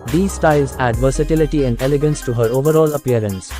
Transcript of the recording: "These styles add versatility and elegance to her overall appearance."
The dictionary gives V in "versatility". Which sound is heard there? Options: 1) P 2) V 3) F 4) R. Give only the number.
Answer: 2